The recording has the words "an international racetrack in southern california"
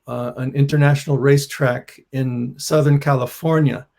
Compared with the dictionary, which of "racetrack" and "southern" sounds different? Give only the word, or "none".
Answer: none